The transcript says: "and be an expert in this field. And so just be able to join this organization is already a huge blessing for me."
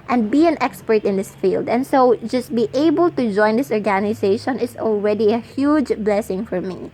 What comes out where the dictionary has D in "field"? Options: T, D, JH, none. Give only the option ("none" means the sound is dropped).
D